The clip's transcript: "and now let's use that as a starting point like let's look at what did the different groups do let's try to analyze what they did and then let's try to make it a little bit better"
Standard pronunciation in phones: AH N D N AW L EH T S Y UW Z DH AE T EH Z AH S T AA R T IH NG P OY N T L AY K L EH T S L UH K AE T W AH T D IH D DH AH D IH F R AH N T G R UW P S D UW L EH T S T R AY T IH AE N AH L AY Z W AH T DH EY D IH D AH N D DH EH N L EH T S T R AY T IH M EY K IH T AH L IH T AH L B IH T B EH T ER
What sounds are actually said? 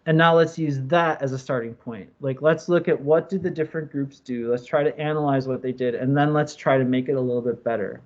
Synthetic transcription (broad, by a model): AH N N AW L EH T S Y UW Z DH AE T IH Z AH S T AA R T IH NG P OY N T L AY K L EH T S L UH K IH T W AH T D IH D DH AH D IH F R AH N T G R UW P S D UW L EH T S T R AY T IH AE N AH L AY Z W AH T DH EY D IH D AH N DH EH N L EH T S T R AY T IH M EY K IH T AH L IH T L B IH T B EH T ER